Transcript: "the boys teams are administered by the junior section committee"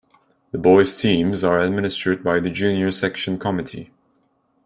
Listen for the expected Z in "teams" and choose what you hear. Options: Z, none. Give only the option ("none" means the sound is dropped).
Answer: Z